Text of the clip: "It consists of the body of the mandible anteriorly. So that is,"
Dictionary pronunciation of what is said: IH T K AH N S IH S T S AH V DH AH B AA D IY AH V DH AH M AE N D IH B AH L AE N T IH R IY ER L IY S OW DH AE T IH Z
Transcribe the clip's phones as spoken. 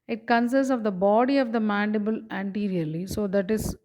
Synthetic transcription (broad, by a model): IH T K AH N S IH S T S AH V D AH B AA D IY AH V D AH M AE N D IH B AH L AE N T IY R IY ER L IY S OW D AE T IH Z